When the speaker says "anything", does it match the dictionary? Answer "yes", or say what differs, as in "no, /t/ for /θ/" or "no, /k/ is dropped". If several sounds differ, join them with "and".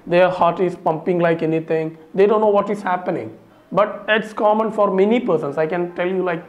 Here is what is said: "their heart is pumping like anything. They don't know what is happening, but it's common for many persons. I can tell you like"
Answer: no, /t/ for /θ/